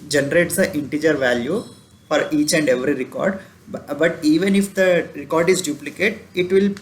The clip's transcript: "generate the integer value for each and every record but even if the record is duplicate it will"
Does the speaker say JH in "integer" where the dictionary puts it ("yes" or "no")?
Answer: yes